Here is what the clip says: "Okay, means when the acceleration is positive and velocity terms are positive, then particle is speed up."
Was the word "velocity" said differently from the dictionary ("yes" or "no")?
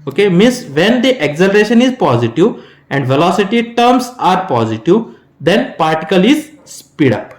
no